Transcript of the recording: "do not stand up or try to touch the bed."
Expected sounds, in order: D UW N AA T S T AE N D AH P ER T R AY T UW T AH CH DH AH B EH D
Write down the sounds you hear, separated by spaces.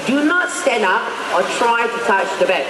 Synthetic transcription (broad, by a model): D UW N AA T S T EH N D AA P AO T R AY T UW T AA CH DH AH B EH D